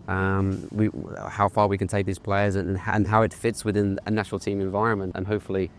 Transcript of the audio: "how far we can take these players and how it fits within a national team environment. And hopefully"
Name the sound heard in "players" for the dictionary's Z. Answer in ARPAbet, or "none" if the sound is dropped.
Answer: Z